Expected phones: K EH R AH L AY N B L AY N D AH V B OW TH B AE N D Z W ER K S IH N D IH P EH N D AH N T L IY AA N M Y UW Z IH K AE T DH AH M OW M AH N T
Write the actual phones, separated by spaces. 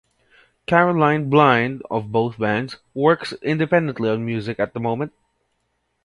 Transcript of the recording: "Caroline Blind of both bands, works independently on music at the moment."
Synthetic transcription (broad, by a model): K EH R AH L AY N B L AY N D AH V B OW TH B AE N D Z W ER K S IH N D IH P EH N D AH N T L IY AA N M Y UW Z IH K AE T DH AH M OW M AH N T